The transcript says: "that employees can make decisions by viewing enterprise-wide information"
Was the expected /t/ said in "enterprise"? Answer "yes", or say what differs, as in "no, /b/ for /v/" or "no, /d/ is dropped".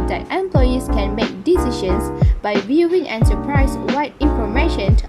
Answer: no, /s/ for /t/